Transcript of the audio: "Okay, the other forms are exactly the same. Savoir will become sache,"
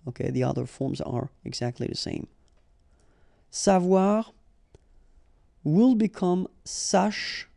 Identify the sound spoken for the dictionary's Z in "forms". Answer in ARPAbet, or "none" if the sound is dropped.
Z